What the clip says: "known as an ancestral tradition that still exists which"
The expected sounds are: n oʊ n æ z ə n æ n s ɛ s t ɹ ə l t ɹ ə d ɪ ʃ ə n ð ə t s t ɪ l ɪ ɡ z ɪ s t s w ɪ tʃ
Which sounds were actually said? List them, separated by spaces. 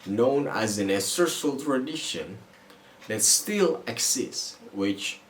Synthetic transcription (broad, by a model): n oʊ n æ z ə n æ s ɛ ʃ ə l t ɹ ə d ɪ ʃ ə n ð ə t s t ɪ l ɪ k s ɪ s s w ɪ tʃ